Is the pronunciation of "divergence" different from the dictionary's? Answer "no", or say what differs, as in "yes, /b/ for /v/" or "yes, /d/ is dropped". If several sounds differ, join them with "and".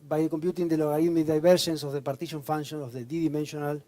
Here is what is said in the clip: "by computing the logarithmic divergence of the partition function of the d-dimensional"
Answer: yes, /b/ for /v/ and /ʃ/ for /dʒ/